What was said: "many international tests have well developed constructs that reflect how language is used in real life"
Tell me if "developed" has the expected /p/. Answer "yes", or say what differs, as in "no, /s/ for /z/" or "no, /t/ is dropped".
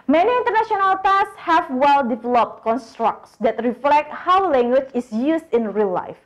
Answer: yes